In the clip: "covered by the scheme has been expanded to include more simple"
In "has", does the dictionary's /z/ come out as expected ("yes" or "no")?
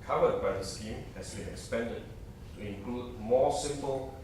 no